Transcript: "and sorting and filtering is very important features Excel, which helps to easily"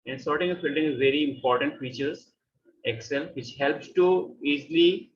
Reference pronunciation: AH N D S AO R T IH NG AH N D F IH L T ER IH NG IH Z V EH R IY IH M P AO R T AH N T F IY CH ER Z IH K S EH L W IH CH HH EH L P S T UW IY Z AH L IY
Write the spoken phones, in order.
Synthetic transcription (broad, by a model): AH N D S AO R T IH NG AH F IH L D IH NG IH Z V EH R IY IH M P AO R T AH N T F IY CH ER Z IH K S EH L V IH CH HH EH L P S T UW IY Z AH L IY